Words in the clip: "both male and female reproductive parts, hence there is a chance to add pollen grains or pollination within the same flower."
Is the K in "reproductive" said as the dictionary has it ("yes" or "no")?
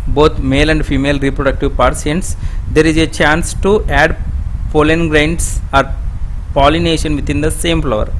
yes